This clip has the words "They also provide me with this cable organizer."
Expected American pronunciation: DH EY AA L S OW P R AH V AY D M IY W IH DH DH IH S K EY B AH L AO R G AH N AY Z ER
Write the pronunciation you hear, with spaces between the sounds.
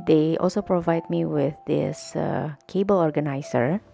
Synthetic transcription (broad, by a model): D EY AA L S OW P R AH V AY D M IY W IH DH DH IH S K EY B AH L AO R G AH N AY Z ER